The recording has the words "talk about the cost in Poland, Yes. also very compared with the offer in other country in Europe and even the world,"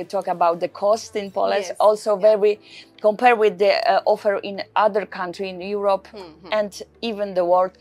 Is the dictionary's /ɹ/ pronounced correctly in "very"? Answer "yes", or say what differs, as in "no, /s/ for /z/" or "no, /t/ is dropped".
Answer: no, /w/ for /ɹ/